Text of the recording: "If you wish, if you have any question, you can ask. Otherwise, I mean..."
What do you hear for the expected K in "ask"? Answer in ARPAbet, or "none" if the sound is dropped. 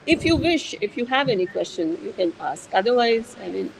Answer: K